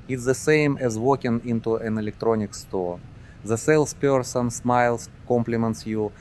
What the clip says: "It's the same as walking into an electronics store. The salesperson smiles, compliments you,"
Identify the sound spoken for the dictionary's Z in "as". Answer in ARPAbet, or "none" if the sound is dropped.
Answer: Z